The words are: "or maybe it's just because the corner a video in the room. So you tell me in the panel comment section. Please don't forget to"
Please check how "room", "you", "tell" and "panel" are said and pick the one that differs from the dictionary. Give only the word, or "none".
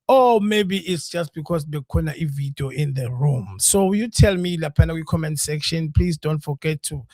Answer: panel